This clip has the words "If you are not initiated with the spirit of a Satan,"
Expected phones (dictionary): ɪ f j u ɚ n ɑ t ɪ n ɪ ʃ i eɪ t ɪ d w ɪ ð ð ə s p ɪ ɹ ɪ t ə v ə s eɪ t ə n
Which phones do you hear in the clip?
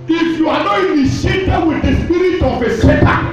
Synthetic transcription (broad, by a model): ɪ f j u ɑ n ɑ t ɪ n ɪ s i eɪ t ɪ w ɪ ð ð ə s p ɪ ɹ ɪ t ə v ə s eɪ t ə